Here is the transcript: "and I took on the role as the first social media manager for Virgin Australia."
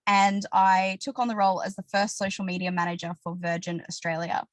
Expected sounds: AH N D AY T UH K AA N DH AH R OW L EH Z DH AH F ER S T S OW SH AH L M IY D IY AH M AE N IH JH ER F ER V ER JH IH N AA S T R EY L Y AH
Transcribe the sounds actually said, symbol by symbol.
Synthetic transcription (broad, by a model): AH N AY T UH K N DH AH R OW L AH Z DH AH F ER S T S OW SH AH L M IY D IY AH M AE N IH JH ER F ER V ER JH IH N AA S T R EY L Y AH